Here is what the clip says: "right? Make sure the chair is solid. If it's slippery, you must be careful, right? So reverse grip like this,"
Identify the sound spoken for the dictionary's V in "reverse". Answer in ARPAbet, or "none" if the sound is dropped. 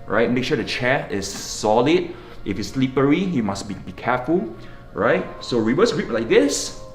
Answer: W